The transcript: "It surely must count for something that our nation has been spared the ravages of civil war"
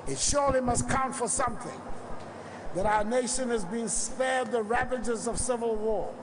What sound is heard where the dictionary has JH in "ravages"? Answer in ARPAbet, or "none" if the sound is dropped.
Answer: JH